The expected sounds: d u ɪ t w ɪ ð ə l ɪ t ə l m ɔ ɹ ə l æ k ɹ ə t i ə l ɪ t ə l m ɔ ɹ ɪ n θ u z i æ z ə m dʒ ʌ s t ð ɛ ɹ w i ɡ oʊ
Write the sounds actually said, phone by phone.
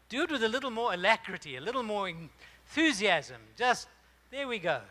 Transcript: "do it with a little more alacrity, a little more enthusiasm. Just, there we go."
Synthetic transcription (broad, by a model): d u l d w ɪ ð ə l ɪ t l m ɔ ɹ ə l æ k ɹ ə t i ə l ɪ t l m ɔ ɹ ɪ n θ u z i æ z ə m dʒ ʌ s t ð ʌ ɹ w i ɡ oʊ